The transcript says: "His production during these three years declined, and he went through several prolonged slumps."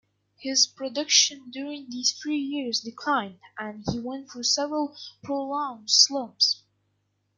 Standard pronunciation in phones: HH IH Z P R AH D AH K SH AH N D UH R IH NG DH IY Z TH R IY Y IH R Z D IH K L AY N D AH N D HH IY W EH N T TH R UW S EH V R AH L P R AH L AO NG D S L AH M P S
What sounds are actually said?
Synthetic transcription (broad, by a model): HH IH Z P R AH D AH K SH AH N D UH R IH NG DH IY Z TH R IY Y IH R Z D IH K L AY N D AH N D HH IY W EH N T F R S EH V R AH L P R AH L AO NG S L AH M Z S